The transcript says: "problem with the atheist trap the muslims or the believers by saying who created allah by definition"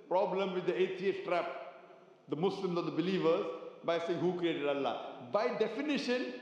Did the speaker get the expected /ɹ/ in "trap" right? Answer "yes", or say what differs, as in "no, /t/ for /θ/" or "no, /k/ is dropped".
yes